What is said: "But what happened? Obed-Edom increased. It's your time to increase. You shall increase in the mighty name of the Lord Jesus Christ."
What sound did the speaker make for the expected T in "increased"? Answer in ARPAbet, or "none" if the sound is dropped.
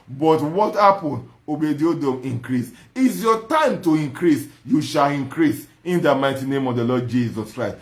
none